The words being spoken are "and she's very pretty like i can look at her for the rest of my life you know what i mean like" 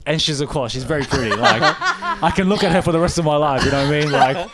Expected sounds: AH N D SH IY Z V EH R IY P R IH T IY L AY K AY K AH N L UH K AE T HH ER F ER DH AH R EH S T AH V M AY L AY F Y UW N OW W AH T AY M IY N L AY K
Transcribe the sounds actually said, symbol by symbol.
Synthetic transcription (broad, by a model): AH N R SH IY Z V EH R IY P R IH T IY L AY K AY K AH N L UH K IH T HH ER F ER DH AH R EH S T AH V M AY L AY F Y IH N OW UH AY M IY N L AY K